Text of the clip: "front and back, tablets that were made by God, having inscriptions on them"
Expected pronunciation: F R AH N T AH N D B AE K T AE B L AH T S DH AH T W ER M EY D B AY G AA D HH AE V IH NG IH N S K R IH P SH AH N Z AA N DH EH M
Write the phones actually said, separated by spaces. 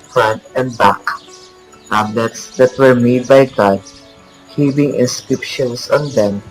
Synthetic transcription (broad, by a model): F R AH N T AH N D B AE K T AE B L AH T S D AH T W ER M EY D B AY G AA D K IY P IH NG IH N S K R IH P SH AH N S AA N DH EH M